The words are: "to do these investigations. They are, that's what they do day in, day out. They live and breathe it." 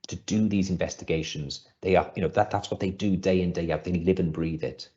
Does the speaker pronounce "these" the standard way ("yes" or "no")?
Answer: yes